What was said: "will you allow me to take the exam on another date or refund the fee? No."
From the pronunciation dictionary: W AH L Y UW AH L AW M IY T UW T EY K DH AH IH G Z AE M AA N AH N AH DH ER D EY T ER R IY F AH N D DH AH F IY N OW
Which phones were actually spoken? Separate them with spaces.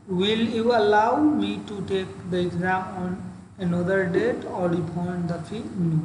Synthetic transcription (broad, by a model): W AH L Y UW AH L AW M IY T UW T EY K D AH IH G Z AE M AA N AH N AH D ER D EY T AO L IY P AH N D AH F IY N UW